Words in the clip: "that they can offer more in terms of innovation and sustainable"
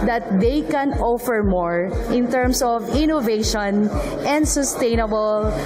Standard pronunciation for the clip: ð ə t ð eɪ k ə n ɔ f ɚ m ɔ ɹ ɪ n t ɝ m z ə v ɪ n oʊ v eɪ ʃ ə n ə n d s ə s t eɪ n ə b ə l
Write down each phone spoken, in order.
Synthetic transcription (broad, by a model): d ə t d eɪ k ə n ɔ f ɚ m ɔ ɹ ɪ n t ɝ m s ə v ɪ n oʊ v eɪ ʃ ə n ə n d s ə s t eɪ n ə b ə l